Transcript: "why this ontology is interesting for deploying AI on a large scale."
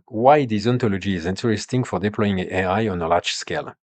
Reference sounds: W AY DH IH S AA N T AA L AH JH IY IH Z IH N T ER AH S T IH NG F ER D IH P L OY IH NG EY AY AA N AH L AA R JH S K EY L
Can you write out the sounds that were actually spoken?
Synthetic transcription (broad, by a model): W AY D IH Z AA N T AA L AH JH IY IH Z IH N T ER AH S T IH NG F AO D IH P L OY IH NG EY AY AA N AH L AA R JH S K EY L